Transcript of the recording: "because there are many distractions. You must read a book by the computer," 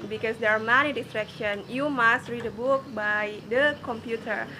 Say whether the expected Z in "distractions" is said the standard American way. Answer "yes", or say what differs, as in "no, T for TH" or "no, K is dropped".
no, Z is dropped